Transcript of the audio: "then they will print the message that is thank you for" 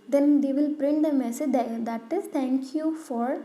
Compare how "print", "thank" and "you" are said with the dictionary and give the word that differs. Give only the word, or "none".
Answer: thank